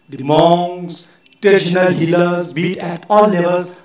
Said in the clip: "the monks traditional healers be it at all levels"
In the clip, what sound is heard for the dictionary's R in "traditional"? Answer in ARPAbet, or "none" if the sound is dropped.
none